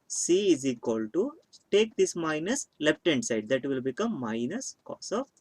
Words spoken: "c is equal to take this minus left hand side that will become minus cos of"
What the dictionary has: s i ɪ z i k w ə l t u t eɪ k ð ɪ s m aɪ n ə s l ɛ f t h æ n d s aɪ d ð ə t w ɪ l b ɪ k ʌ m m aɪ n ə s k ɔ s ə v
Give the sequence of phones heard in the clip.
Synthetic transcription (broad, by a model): s i ɪ z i k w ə l t u t eɪ k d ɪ s m aɪ n ə s l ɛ p t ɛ n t s aɪ d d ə t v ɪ l b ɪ k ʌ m m aɪ n ə s k ɔ s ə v